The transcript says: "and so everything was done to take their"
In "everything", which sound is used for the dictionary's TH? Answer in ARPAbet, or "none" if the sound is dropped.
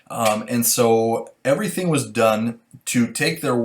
TH